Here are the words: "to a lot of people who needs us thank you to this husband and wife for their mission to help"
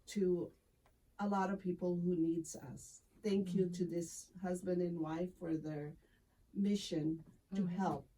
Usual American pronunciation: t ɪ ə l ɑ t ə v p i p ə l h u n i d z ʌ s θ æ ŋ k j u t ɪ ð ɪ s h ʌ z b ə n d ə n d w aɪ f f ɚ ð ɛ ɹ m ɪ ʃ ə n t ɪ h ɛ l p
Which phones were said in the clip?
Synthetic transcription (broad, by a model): t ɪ ə l ɑ t ə v p i p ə l h u n i d z ʌ s θ æ ŋ k j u t ɪ ð ɪ s h ʌ z b ə n d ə n w aɪ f f ɚ ð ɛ ɹ m ɪ ʃ ə n t ɪ h ɛ l p